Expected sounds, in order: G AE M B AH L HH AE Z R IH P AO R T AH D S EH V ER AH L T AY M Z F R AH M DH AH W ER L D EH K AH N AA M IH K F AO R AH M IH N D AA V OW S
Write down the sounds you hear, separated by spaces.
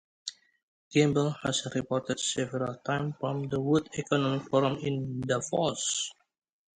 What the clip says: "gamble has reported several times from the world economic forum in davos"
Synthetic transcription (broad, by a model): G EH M B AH L HH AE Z R IH P AO R T AH D S EH V ER AH L T AY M F R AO M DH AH W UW D EH K AH N AA M IH K F AO R AH M IH N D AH F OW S